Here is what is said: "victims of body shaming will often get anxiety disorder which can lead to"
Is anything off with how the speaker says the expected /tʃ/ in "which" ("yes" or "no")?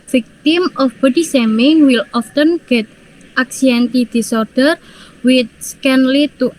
yes